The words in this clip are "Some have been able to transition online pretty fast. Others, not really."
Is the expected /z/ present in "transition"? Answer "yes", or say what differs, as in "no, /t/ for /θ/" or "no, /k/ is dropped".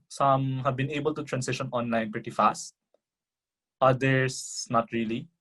no, /s/ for /z/